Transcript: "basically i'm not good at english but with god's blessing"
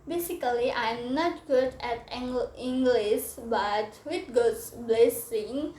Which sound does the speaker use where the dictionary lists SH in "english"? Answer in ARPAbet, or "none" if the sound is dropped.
S